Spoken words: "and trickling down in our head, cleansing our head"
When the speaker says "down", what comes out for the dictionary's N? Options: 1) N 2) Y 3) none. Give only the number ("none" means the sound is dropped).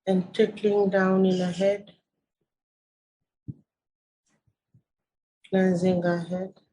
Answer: 1